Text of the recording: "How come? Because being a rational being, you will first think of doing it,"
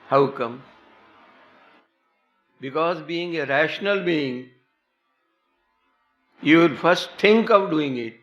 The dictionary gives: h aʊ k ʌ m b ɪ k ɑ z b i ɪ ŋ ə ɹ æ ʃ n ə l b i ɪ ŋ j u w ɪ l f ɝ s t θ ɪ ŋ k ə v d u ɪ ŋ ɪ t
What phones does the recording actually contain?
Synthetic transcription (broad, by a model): h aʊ k ʌ m b ɪ k ɑ z b i ɪ ŋ ə ɹ æ ʃ n ə l b i ɪ ŋ j u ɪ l f ɝ s t t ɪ ŋ k ə v d u ɪ ŋ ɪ t